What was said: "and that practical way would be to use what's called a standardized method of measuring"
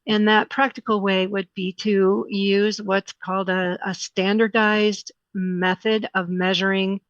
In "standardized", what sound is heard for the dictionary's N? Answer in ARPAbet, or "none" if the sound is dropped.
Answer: N